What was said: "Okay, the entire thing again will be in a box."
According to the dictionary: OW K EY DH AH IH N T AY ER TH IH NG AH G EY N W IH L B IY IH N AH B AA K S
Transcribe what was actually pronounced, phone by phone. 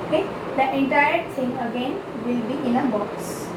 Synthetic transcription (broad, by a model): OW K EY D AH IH N T AY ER S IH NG AH G EY N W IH L B IY IH N AH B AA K S